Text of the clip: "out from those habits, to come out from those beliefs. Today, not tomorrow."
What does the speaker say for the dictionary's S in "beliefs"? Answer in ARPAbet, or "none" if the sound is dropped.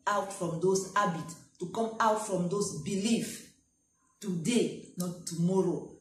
none